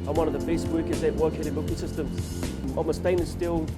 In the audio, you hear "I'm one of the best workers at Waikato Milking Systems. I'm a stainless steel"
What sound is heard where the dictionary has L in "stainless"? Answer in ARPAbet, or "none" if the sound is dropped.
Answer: none